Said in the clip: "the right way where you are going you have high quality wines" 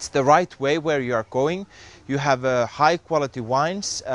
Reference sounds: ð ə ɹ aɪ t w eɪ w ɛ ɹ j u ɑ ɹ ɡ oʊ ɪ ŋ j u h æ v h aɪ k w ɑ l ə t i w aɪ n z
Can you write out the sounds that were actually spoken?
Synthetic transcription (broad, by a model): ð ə ɹ aɪ t w eɪ w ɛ ɹ j u ɑ ɹ ɡ oʊ ɪ ŋ j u h æ v h aɪ k w ɑ l ə t i w aɪ n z